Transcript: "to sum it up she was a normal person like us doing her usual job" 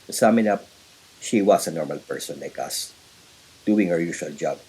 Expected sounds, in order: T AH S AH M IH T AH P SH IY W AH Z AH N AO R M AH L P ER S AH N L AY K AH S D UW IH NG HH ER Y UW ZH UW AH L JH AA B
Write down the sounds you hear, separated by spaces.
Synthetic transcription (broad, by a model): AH S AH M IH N AH P SH IY W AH S AH N AO R M AH L P ER S AH N L AY K AH S D UW IH NG HH ER Y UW SH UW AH L JH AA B